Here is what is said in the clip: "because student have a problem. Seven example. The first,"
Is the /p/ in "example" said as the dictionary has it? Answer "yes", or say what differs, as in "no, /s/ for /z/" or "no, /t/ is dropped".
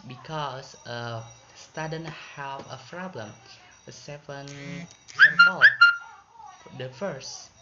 no, /p/ is dropped